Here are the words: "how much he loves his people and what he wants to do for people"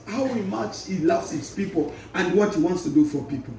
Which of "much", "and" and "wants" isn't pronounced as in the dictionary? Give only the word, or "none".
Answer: none